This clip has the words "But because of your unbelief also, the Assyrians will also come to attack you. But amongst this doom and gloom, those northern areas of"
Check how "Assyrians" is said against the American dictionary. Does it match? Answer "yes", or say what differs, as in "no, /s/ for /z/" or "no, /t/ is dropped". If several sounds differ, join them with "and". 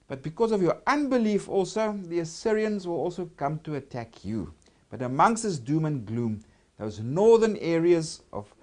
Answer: yes